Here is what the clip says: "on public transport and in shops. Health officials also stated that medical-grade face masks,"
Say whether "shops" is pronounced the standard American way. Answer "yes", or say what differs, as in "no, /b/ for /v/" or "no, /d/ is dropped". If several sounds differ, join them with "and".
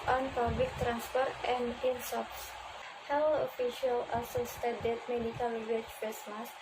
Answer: no, /s/ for /ʃ/